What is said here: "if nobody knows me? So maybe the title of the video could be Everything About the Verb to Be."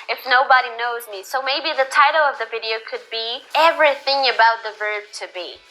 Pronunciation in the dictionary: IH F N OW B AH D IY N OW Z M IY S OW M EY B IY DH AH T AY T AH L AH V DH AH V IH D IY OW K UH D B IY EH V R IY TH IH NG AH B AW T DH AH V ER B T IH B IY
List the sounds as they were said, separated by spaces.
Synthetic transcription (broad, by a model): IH F N OW B AH D IY N OW Z M IY S OW M EY B IY DH AH T AY T L AH V DH AH V IH D IY OW K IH D B IY EH V R IY TH IH NG AH B AW T DH AH V ER B T IH B IY